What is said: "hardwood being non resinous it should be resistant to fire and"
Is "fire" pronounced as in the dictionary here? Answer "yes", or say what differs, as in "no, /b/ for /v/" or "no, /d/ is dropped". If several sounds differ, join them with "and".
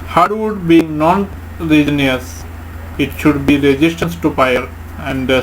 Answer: no, /p/ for /f/